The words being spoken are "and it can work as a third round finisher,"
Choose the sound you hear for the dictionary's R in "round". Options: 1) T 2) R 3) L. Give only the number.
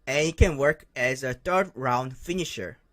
2